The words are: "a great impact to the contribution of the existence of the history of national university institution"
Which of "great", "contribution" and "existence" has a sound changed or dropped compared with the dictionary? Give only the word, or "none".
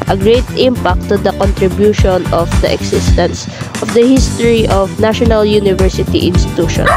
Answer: existence